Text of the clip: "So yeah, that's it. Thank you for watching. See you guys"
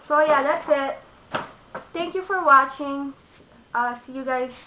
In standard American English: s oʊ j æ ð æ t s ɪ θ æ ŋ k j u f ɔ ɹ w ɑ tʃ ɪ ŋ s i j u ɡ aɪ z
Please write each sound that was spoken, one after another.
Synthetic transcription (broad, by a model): s oʊ j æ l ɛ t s ɪ t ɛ ŋ k j u f ɔ ɹ w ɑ tʃ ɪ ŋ s i j u ɡ aɪ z